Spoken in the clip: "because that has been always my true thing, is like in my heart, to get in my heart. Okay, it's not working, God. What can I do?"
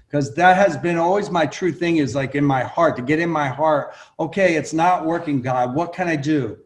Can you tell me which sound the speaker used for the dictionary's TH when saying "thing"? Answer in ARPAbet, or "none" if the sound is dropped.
TH